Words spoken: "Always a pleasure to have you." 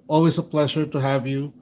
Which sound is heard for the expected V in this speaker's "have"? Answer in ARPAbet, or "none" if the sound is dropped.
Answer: V